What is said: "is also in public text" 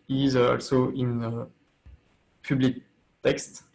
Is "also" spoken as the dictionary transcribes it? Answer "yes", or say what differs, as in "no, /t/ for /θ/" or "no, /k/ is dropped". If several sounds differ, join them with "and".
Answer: yes